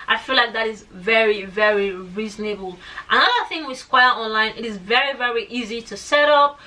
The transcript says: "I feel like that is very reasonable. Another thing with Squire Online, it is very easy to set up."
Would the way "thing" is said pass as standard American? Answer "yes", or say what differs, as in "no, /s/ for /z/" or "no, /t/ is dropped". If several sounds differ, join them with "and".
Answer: yes